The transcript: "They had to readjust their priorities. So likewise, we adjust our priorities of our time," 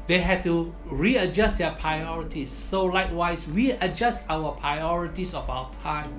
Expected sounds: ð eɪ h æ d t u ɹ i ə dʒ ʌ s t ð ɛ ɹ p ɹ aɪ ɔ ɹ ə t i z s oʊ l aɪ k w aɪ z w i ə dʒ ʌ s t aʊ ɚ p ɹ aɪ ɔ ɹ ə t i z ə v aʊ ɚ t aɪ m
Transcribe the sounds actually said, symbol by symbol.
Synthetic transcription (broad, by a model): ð eɪ h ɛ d t u ɹ i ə dʒ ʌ s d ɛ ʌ p ɹ aɪ ɔ ɹ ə t i s oʊ l aɪ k w aɪ s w i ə dʒ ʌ s t aʊ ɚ p ɹ aɪ ɔ ɹ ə t i s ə f aʊ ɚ t aɪ m